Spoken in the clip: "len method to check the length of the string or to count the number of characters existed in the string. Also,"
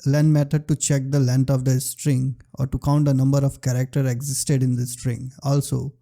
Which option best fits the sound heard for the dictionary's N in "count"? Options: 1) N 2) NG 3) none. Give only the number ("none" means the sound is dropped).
1